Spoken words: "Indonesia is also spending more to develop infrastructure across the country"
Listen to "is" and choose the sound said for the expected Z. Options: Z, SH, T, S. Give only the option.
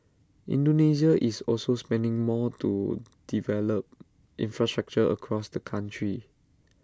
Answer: S